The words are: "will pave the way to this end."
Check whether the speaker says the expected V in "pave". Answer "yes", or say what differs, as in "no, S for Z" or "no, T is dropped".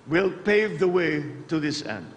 yes